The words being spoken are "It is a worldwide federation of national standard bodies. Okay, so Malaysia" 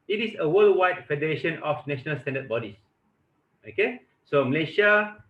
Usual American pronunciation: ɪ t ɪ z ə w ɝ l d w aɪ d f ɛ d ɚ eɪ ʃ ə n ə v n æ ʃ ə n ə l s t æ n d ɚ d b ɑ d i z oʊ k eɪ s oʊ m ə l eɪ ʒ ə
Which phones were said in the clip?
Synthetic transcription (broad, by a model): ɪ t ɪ s ə w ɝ l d w aɪ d f ɛ d ɚ eɪ ʃ ə n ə f n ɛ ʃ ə n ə l s t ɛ n d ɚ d b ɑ d i s oʊ k eɪ s oʊ m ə l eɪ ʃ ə